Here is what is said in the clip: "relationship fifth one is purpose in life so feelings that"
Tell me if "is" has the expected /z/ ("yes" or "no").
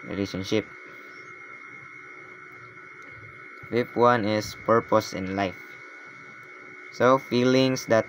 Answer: no